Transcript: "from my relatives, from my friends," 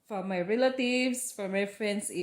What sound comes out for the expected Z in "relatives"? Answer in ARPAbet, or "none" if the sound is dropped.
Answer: S